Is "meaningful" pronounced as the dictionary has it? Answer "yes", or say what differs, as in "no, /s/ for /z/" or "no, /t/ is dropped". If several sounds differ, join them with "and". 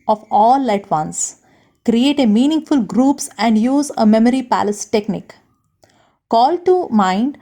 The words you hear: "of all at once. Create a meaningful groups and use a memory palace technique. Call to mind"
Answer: yes